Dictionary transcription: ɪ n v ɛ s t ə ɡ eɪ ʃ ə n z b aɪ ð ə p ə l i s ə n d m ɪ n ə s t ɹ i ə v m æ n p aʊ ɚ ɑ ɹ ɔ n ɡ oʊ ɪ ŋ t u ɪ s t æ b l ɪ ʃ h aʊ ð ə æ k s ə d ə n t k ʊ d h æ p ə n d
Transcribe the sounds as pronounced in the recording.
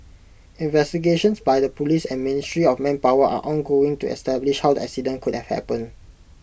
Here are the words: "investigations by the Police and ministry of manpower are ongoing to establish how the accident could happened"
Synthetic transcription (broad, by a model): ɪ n v ɛ s t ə ɡ eɪ ʃ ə n s b aɪ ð ə p ə l i s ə n m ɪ n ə s t ɹ i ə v m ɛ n p aʊ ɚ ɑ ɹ ɔ n ɡ oʊ ɪ ŋ t u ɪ s t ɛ b l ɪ ʃ h aʊ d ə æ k s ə d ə n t k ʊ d h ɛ p ə n